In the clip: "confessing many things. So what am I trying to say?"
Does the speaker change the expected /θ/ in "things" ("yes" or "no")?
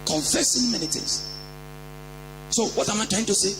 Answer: yes